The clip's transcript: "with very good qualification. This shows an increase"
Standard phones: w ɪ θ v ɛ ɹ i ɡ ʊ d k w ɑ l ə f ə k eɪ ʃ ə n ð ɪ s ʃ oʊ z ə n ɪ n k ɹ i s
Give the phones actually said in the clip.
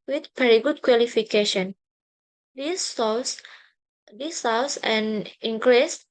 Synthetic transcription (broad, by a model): w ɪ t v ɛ ɹ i ɡ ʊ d k w ɑ l ə f ə k eɪ ʃ ə n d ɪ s s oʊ s ə n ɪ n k ɹ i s